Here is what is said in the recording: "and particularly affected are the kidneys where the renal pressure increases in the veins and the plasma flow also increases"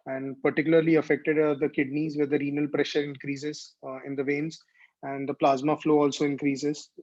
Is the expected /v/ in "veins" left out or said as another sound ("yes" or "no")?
no